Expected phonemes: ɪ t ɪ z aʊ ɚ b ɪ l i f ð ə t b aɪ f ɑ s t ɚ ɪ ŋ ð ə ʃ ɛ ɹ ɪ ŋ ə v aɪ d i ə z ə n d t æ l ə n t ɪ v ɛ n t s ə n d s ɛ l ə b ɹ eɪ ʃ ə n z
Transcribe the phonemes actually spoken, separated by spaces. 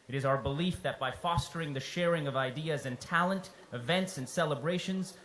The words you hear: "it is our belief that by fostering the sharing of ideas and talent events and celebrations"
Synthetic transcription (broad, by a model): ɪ t ɪ z aʊ ɚ b ɪ l i f ð ə t b aɪ f ɑ s t ɚ ɪ ŋ ð ə ʃ ɛ ɹ ɪ ŋ ə v aɪ d i ə z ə n t æ l ə n t ɪ v ɛ n t s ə n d s ɛ l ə b ɹ eɪ ʃ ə n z